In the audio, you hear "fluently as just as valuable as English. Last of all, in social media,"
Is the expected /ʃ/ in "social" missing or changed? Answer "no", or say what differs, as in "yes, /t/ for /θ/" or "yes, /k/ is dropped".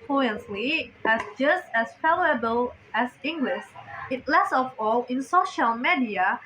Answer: no